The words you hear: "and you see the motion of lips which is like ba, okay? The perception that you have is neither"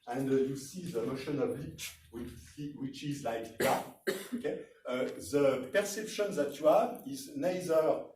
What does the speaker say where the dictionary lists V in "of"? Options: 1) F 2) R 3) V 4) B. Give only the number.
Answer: 4